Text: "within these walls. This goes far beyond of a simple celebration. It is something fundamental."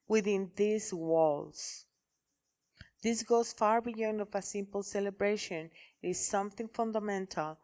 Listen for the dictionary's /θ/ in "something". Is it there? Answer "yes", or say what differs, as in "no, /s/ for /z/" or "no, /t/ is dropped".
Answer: yes